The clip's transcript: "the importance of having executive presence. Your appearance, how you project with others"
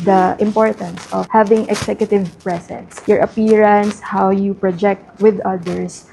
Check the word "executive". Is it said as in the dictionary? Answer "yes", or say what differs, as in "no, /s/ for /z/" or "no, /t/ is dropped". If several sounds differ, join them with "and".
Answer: no, /s/ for /z/